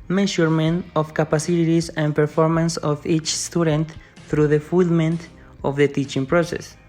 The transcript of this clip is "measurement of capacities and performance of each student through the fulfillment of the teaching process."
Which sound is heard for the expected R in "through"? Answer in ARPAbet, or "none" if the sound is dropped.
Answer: R